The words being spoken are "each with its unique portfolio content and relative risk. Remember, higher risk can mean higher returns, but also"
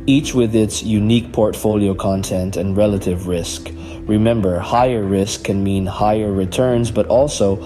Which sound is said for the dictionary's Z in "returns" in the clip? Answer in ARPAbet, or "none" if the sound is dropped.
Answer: Z